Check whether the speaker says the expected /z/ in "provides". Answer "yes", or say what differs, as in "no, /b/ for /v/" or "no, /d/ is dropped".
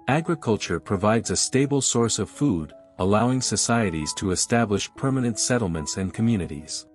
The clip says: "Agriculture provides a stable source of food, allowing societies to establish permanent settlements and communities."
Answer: yes